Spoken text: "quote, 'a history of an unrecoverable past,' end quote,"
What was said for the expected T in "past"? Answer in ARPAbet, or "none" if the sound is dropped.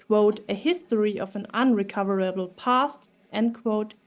T